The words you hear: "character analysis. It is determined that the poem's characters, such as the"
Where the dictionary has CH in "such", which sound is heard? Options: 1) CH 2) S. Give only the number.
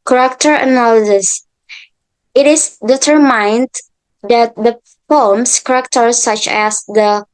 1